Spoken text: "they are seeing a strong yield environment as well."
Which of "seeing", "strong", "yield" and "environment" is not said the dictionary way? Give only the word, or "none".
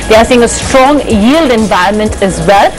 none